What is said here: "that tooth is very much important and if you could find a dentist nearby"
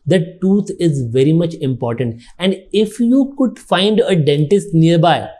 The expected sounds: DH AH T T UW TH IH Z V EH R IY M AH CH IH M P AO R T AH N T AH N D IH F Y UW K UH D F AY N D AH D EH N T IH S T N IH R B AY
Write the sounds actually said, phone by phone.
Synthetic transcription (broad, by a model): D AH T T UW T IH Z V EH R IY M AH CH IH M P AO R T AH N T AH N D IH F Y UW K UH D F AY N D AH D EH N T IH S T N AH R B AY